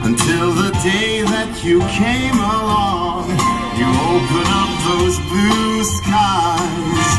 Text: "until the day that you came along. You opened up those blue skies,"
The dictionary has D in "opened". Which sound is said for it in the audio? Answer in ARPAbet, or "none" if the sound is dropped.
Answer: none